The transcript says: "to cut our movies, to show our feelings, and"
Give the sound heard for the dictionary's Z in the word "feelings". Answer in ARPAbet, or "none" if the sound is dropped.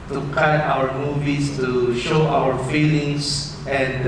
S